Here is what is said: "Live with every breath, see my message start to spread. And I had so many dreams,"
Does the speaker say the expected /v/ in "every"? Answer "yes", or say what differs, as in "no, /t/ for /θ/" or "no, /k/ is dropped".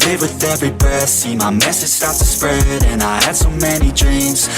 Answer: yes